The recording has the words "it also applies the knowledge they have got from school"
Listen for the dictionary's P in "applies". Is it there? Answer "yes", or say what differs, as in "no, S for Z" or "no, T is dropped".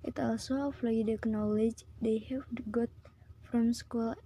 no, F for P